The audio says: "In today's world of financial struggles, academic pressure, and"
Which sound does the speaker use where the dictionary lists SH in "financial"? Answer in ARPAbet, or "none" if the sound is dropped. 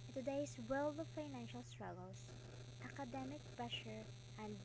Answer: SH